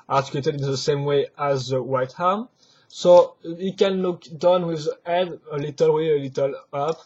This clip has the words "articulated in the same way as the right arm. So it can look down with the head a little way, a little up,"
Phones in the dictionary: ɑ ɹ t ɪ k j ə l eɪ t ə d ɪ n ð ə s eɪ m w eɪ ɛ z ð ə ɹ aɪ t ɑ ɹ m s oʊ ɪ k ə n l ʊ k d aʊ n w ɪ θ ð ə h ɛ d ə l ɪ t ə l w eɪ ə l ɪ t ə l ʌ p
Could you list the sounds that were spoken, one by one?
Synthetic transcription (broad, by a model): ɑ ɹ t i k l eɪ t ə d ɪ n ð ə s eɪ m w eɪ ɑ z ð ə w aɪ t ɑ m s oʊ ɪ k ə n l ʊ k d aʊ n w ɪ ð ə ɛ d ə l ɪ t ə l w eɪ ə l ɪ t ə l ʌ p